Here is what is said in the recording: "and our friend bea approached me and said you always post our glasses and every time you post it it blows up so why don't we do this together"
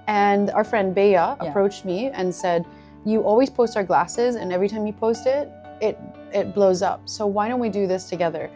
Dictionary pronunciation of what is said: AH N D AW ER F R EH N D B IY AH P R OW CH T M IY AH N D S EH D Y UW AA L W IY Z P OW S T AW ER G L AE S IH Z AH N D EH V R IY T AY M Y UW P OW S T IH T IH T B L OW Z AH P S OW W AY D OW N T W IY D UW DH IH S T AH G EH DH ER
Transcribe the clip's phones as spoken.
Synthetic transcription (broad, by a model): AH N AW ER F R EH N D B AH AH P R OW CH T M IY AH N S EH D Y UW AA L W IY Z P OW S T AW ER G L AE S IH Z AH N EH V R IY T AY M Y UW P OW S T IH T IH T B L OW Z AH P S OW W AY D OW N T W IY D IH DH IH S T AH G EH DH ER